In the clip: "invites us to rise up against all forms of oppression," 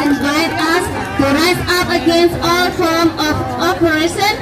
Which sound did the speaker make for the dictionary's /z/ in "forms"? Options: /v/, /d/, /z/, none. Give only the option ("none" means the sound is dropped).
none